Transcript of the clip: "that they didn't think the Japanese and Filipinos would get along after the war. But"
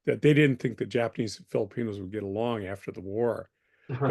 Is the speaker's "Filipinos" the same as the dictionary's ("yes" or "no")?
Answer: yes